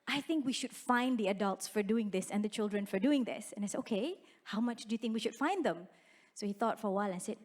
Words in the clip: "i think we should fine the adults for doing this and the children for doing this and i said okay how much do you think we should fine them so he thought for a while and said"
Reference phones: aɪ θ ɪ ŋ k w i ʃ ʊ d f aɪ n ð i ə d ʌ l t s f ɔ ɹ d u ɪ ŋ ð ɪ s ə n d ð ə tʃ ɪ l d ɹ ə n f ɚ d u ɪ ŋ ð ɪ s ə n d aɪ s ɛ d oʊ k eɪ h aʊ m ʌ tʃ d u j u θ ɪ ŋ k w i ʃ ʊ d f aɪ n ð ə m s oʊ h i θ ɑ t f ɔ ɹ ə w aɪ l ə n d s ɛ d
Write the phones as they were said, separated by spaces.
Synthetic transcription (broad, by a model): aɪ θ ɪ ŋ k w i ʃ ʊ d f aɪ n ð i ə d ʌ l t s f ɔ ɹ d u ɪ ŋ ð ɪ s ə n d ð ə tʃ ɪ l d ɹ ə n f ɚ d u ɪ ŋ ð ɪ s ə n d aɪ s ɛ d oʊ k eɪ h aʊ m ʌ tʃ d u j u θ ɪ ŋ k w i ʃ ʊ d f aɪ n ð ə m s oʊ h i θ ɑ t f ɔ ɹ ə w aɪ l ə n s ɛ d